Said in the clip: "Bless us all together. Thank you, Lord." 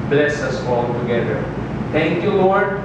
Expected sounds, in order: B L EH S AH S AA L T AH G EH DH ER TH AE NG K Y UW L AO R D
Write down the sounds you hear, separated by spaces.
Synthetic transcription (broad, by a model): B L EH S AH S AA L T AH G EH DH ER T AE NG K Y UW L AO R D